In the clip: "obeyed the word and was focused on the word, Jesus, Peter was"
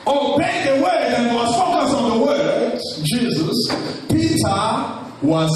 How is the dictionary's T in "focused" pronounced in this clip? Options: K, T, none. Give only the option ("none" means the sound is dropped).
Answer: none